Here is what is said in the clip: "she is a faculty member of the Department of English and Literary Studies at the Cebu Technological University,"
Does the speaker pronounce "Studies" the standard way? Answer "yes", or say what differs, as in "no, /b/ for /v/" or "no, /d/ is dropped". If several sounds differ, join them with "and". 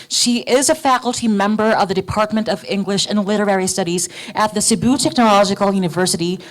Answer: yes